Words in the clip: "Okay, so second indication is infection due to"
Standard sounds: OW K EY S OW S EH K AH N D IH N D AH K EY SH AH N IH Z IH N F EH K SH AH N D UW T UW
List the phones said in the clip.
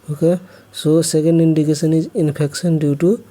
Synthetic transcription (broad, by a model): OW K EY S OW S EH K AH N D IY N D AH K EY S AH N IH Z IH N P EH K S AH N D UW T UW